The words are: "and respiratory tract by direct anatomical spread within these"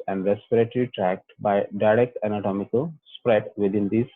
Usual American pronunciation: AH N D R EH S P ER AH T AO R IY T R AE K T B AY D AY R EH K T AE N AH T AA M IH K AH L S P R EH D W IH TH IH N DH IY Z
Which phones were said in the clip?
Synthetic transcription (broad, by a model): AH N D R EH S P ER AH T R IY T R AE K T B AY D AY R EH K T AE N AH T AA M IH K AH L S P R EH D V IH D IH N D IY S